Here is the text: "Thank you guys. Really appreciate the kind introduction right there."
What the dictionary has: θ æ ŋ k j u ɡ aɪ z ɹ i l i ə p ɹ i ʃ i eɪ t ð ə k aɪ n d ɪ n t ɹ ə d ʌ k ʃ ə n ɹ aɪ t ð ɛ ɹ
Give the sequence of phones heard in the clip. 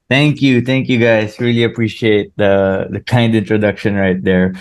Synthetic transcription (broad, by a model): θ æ ŋ k j u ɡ aɪ s ɹ i l i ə p ɹ i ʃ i eɪ t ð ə k aɪ n d ɪ n t ɹ ə d ʌ k ʃ ə n ɹ aɪ t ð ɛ ɹ